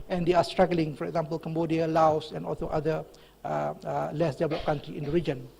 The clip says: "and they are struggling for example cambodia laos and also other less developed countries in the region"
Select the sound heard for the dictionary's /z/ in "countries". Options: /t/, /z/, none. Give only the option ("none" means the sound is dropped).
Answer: none